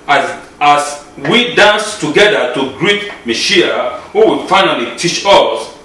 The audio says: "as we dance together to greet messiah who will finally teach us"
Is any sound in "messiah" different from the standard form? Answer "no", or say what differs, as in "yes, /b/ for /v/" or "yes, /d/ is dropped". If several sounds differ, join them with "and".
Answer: yes, /ʃ/ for /s/